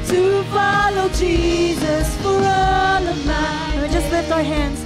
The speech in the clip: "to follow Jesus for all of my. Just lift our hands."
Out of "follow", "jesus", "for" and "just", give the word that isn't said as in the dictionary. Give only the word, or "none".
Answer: none